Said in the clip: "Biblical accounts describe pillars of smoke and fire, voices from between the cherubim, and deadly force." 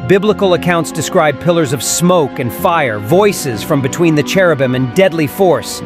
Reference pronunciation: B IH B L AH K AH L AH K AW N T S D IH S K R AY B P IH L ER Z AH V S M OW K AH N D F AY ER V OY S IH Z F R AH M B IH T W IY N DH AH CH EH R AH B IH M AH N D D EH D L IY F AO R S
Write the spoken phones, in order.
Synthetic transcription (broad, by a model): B IH B L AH K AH L AH K AW N T S D IH S K R AY B P IH L ER Z AH V S M OW K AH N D F AY ER V OY S IH Z F R AH M B IH T W IY N DH AH CH EH R AH B IH M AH N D D EH D L IY F AO R S